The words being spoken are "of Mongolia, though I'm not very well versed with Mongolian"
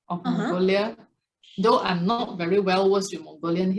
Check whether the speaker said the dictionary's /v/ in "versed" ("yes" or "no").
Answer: no